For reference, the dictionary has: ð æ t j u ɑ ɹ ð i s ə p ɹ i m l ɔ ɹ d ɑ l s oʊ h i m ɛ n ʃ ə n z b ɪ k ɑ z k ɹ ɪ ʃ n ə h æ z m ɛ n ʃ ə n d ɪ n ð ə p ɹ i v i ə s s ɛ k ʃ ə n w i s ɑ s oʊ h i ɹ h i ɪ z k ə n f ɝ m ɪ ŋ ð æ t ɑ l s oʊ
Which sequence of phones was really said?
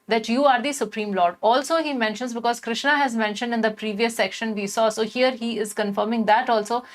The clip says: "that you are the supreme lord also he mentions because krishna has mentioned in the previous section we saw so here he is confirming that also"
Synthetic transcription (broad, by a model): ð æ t j u ɑ ɹ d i s ə p ɹ i m l ɔ ɹ d ɑ l s oʊ h i m ɛ n ʃ ə n z b ɪ k ɑ z k ɹ ɪ ʃ n ə h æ z m ɛ n ʃ ə n d ɪ n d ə p ɹ i v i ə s s ɛ k ʃ ə n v i s ɑ s oʊ h i ɹ h i ɪ z k ə n f ɝ m ɪ ŋ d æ t ɑ l s oʊ